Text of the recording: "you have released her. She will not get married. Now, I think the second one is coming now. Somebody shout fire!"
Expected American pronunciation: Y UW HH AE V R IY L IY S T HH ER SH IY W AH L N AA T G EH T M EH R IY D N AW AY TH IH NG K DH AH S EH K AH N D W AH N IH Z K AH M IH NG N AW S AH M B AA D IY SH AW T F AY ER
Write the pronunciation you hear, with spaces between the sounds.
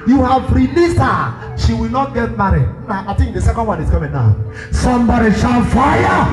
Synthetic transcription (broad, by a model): Y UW HH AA V R IY L IY S T HH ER SH IY W AH L N AA T G EH T M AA R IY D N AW AY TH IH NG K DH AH S EH K AH N D W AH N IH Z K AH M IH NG N AW S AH M B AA D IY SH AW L F AY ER